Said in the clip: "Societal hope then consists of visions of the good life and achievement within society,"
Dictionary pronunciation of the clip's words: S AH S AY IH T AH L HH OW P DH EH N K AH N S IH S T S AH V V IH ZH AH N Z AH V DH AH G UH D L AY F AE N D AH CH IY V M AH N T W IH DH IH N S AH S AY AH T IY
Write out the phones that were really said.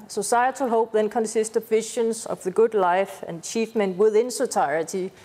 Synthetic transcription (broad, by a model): S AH S AY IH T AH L HH OW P DH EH N K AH N S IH S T AH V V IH SH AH N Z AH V DH AH G UH D L AY F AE N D CH IY F M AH N W IH DH IH N S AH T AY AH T IY